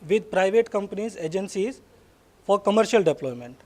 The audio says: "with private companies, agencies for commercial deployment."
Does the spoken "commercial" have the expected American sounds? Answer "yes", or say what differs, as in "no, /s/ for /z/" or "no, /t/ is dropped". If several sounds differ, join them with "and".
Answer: yes